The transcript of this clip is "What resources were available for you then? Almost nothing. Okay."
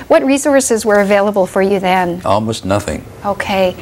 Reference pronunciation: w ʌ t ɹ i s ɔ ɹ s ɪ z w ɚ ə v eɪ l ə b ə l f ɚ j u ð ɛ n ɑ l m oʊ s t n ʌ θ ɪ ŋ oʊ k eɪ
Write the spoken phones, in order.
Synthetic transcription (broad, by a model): w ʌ t ɹ i s ɔ ɹ s ɪ z w ɚ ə v eɪ l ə b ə l f ɚ j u ð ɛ n ɑ l m oʊ s t n ʌ θ ɪ ŋ oʊ k eɪ